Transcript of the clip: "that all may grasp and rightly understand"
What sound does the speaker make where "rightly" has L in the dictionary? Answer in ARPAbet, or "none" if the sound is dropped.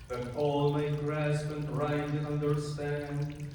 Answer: none